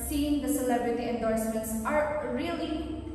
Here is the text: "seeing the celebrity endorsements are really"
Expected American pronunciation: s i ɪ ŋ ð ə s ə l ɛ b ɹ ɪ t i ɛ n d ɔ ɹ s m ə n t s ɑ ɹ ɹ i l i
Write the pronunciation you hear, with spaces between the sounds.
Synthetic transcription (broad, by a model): s i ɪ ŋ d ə s ə l ɛ b ɹ ɪ t i ɛ n d ɔ ɹ s m ə n t s ɑ ɹ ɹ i l i